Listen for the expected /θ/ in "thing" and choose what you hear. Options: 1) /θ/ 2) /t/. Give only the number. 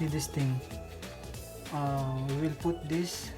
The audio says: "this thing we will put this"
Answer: 2